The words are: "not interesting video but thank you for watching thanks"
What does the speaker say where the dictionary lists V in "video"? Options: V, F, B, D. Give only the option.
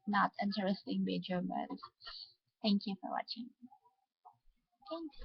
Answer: B